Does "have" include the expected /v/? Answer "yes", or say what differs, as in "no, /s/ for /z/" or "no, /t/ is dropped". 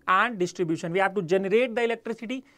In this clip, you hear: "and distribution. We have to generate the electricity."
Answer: no, /p/ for /v/